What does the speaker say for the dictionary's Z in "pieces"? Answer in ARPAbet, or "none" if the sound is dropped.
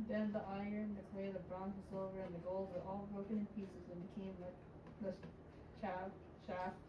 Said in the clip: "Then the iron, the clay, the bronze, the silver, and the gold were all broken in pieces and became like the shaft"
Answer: Z